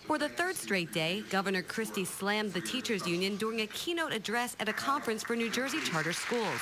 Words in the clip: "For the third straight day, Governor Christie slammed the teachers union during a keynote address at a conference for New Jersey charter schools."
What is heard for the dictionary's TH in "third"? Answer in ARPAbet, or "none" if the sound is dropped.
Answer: TH